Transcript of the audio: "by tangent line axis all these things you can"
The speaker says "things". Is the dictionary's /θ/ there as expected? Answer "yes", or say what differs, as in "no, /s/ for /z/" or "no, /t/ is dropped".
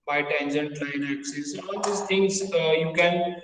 no, /t/ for /θ/